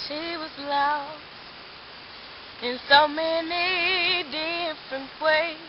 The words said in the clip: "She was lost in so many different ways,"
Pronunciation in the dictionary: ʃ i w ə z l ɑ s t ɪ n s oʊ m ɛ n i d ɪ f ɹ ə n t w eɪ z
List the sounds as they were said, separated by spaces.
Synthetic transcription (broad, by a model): ʃ i w ə z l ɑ ɪ n s oʊ m ɛ n i d ɪ f ɹ ə n t w eɪ